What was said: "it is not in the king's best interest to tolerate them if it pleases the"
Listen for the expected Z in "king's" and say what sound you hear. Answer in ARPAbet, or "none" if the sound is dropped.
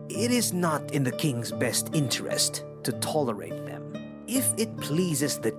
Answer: Z